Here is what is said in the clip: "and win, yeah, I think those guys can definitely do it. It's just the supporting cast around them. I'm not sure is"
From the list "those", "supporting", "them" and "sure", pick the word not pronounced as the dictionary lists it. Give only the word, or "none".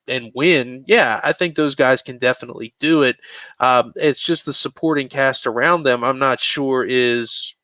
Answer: none